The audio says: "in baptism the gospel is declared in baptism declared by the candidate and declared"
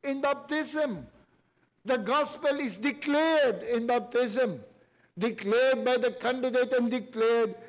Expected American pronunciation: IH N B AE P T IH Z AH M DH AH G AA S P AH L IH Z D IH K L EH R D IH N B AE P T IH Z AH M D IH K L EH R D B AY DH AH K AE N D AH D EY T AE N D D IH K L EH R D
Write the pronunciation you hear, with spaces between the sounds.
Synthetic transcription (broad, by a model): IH N B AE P T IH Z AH M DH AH G AA S P AH L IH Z D IH K L EH R D IH N B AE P T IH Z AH M D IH K L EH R D B AY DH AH K AE N D AH D EY T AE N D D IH K L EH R D